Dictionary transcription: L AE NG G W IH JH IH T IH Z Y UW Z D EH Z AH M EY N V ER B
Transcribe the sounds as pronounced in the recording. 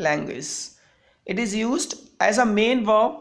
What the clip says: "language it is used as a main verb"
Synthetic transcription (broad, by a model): L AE NG G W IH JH IH T IH Z Y UW Z D EH Z AH M EY N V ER